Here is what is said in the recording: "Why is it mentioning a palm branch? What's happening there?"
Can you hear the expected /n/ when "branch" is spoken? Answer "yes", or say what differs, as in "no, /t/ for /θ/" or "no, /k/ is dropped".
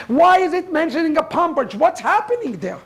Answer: no, /n/ is dropped